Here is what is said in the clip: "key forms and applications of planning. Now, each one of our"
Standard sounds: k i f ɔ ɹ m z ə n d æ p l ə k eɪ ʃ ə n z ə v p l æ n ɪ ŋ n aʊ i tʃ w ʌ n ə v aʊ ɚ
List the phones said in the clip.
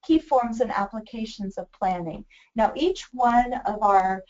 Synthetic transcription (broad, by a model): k i f ɔ ɹ m z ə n æ p l ə k eɪ ʃ ə n z ə v p l æ n ɪ ŋ n aʊ i tʃ w ʌ n ə v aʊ ɚ